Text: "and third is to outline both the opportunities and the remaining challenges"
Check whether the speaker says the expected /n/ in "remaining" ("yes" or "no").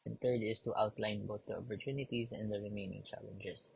yes